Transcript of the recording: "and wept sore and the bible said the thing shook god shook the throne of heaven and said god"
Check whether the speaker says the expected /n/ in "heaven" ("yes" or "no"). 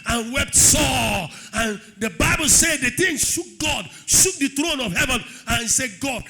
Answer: yes